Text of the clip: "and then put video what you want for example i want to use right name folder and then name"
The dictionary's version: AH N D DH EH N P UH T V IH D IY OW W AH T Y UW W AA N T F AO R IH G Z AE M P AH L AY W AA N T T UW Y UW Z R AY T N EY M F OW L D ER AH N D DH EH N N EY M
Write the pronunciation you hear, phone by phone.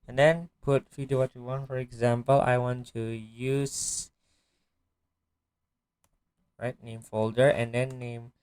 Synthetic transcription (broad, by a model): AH N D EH N P UH T F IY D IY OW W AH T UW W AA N F AO R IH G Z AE M P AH L AY W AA N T T UW Y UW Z R AY T N EY M F OW L D ER AH N D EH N N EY M